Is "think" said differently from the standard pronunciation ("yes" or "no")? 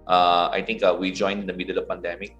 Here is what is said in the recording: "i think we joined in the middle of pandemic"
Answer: yes